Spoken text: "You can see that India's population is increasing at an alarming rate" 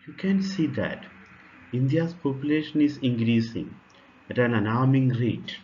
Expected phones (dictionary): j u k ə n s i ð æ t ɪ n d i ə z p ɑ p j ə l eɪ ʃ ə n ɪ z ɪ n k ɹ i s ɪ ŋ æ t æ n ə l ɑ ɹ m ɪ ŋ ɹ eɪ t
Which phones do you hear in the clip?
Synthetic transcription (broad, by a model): j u k ə n s i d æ t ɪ n d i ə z p ɑ p j ə l eɪ ʃ ə n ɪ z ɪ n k ɹ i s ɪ ŋ æ t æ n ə n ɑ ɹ m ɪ ŋ ɹ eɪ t